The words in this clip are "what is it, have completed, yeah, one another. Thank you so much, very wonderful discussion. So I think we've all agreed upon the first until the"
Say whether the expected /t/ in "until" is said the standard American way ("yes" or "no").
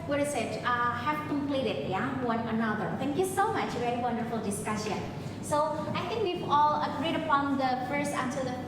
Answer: no